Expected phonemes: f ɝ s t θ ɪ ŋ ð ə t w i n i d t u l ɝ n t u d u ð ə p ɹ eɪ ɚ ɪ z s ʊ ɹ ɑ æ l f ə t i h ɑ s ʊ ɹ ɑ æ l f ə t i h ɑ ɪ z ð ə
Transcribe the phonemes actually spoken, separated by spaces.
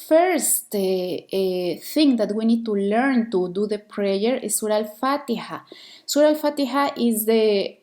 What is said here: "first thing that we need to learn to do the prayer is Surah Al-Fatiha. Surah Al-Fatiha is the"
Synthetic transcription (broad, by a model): f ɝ s t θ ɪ ŋ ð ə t w i n i d t u l ɝ n t u d u ð ə p ɹ eɪ ɚ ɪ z s ʊ ɹ ɑ l f ə t i h ɑ s ʊ ɹ ɑ l f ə t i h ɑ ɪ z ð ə